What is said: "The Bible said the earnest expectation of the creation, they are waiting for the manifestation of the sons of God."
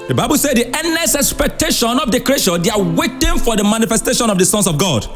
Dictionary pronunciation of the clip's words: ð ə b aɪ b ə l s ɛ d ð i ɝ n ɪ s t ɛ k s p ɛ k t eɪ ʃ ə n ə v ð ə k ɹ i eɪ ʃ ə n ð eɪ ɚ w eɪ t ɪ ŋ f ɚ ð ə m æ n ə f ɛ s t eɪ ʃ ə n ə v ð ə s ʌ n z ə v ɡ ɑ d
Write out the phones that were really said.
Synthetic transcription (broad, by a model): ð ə b aɪ b ə l s ɛ d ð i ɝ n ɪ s ɛ k s p ɛ k t eɪ ʃ ə n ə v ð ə k ɹ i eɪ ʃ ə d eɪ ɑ w eɪ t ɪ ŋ f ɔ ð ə m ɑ n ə f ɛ s t eɪ ʃ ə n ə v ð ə s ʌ n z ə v ɡ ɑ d